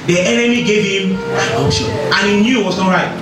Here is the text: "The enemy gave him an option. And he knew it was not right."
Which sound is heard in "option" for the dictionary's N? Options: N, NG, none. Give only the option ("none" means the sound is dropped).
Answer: none